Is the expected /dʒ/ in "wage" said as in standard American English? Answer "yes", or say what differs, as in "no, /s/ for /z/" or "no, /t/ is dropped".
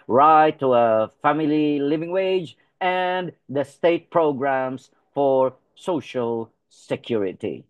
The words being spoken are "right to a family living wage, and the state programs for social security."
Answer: yes